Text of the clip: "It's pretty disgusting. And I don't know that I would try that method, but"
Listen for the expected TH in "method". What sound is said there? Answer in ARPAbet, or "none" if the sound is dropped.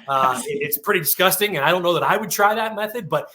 TH